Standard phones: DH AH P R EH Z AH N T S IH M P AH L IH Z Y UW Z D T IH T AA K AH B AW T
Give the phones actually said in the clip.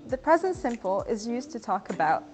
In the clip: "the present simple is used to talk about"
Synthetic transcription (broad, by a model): DH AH P R EH Z AH N T S IH M P AH L IH Z Y UW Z T IH T AA K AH B AW T